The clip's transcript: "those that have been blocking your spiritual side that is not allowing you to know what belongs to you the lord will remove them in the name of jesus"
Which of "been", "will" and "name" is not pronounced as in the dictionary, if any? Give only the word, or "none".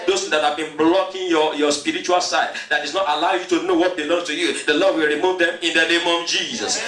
none